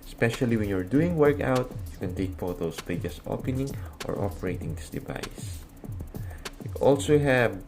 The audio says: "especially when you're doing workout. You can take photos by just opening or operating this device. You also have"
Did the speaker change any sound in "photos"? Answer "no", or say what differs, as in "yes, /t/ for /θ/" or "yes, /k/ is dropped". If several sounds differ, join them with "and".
yes, /s/ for /z/